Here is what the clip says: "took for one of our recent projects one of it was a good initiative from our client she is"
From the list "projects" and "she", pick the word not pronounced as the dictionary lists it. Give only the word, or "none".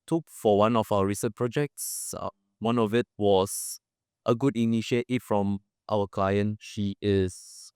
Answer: none